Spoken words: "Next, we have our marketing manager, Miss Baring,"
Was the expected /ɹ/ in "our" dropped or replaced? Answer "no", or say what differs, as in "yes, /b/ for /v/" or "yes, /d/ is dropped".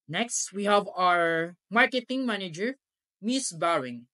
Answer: no